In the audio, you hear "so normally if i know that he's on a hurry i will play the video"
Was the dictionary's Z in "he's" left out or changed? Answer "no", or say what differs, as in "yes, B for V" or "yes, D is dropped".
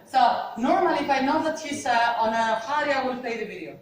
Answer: yes, S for Z